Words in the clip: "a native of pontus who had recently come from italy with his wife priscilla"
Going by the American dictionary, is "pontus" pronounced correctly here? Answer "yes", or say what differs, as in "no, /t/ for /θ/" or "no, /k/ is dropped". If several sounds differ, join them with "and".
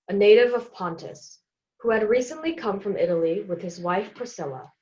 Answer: yes